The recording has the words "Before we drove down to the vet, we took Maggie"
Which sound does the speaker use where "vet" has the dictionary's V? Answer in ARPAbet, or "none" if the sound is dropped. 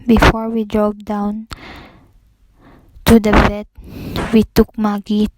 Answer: B